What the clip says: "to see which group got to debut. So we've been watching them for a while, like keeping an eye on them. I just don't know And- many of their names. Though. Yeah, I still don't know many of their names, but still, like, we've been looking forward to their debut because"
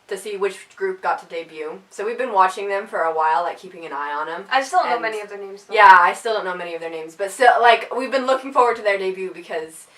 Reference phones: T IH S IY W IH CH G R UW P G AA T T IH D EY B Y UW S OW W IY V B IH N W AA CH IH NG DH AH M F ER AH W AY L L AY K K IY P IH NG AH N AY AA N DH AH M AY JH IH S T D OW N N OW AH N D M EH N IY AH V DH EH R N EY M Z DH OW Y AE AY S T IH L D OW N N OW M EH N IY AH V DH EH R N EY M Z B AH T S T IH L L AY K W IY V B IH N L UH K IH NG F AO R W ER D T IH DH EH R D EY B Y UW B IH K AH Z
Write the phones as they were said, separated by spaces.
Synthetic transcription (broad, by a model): T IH S IY W IH CH G R UW P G AA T T IH D EY B Y UW S OW W IY V B IH N W AA CH IH NG DH AH M F ER AH W AY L L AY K K IY P IH NG AH N AY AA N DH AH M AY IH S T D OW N N OW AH M EH N IY AH V DH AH R N EY M Z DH Y AE AY S T IH L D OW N N OW M EH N IY AH V DH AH R N EY M Z B AH T S T IH L L AY K W IY V B IH N L UH K IH NG F AO R W ER D T IH DH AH R D EY B Y UW B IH K AH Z